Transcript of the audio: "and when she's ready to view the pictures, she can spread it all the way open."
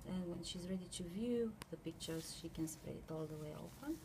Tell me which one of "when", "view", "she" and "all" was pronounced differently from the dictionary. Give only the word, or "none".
none